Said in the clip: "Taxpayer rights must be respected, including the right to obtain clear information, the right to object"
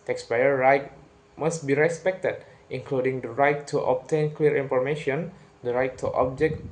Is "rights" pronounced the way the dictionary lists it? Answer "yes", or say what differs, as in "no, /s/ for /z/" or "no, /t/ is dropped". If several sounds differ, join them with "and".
no, /s/ is dropped